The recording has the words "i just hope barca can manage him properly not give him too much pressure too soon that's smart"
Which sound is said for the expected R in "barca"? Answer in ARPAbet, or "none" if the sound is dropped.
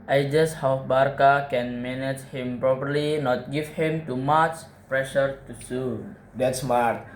R